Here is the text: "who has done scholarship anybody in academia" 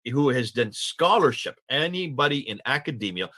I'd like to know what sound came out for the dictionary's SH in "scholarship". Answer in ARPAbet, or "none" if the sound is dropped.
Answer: SH